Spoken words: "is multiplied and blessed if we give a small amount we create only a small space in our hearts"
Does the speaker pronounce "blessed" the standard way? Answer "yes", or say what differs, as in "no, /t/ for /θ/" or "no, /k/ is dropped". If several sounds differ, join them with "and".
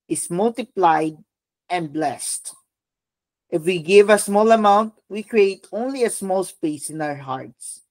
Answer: yes